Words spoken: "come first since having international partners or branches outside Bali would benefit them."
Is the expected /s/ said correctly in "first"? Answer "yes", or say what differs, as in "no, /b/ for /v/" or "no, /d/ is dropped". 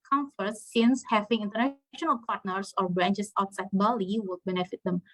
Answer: no, /s/ is dropped